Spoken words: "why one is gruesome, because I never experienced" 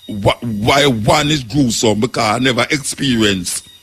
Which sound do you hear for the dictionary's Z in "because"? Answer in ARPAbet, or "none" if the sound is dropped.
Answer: none